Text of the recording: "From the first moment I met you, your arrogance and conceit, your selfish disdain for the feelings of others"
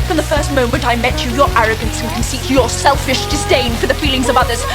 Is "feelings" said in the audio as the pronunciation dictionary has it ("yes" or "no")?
yes